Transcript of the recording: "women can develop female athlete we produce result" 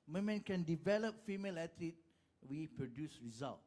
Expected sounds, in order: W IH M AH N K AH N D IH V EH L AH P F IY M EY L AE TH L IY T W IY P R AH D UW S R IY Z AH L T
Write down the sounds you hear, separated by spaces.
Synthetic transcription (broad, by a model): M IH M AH N K AH N D IH V EH L AH P F IY M EY L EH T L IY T W IY P R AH D UW S R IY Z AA L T